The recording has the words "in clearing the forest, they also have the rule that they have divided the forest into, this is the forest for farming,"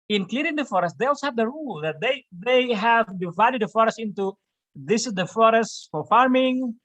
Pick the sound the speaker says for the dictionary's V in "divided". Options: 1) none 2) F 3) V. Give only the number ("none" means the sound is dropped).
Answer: 3